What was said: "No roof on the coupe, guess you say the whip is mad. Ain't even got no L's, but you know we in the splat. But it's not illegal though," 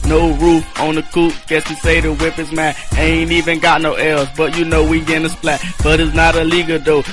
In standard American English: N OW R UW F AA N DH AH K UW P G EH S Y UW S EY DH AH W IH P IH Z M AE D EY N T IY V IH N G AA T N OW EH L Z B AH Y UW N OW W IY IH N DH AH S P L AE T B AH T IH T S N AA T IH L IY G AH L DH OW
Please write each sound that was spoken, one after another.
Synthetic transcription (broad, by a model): N OW R UW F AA N DH AH K UW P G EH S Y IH S EY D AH W IH P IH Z M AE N EY N T IY V IH N G AA T N OW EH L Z B AH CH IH N OW W IY IH N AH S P L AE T B AH T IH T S N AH T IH L IY G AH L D OW